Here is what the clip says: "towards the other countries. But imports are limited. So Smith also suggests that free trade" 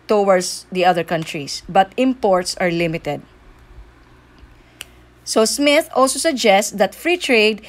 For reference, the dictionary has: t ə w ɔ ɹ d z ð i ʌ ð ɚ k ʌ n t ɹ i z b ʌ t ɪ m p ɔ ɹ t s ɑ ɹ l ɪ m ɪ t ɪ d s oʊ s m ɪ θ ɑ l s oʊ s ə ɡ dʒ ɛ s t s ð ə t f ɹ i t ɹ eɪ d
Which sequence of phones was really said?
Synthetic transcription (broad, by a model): t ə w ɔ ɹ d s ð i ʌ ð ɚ k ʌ n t ɹ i s b ʌ t ɪ m p ɔ ɹ t s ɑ ɹ l ɪ m ɪ t ɪ d s oʊ s m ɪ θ ɑ l s oʊ s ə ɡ dʒ ɛ s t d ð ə t f ɹ i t ɹ eɪ d